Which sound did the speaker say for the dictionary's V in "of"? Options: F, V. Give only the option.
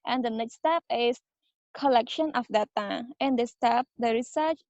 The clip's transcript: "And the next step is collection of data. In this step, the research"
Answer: F